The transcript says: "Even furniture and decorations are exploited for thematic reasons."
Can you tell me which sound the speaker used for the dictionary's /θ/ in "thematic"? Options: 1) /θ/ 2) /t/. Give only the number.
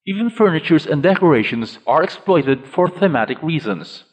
1